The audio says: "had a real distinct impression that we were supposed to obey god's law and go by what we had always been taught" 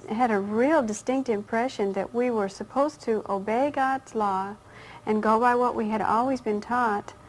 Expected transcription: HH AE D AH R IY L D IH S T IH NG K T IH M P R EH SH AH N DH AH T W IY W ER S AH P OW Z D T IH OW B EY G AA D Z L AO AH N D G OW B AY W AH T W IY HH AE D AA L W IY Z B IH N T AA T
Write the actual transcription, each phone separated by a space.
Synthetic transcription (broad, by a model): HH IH D AH R IY L D IH S T IH NG K T IH M P R EH SH AH N DH AH T W IY W ER S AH P OW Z T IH OW B EY G AA D Z L AO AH N G OW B AY W AH T W IY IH D AA L W IY Z B IH N T AA T